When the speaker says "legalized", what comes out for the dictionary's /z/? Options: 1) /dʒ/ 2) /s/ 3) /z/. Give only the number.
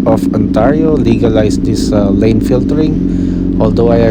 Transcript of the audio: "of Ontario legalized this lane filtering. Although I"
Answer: 2